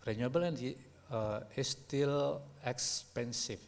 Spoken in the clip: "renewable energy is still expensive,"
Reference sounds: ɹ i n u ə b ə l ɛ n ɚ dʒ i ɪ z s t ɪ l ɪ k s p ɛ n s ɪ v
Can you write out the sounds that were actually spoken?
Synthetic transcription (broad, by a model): ɹ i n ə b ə l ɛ n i i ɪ s t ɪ l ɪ k s p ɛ n s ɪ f